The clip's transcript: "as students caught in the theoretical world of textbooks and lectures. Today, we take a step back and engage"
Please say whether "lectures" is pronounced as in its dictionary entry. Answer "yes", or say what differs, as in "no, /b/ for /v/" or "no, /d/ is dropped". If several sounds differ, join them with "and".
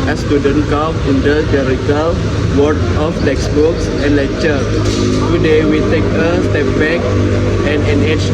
no, /z/ is dropped